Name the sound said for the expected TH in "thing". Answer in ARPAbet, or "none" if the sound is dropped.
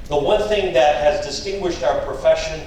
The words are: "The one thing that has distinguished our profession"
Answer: TH